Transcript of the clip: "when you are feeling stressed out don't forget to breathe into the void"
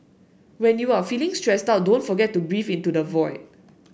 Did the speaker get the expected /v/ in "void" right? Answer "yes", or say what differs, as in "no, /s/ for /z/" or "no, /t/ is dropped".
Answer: yes